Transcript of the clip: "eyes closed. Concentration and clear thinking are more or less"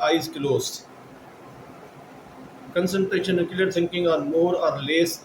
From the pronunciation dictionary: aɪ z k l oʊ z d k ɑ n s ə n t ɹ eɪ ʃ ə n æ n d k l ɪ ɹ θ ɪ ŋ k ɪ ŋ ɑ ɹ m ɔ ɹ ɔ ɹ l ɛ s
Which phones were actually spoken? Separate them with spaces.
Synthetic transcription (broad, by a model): aɪ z k l oʊ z k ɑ n s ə n t ɹ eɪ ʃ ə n n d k l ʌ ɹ s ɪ ŋ k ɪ ŋ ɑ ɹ m ɔ ɹ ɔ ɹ l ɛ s